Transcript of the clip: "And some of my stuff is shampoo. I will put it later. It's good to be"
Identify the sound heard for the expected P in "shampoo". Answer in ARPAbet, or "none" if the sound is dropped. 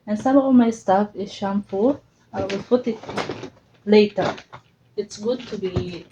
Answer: F